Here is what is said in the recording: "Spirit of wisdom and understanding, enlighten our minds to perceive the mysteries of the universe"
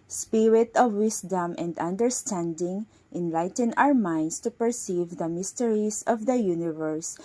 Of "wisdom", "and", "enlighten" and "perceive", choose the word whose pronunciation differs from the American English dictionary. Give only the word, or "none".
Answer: wisdom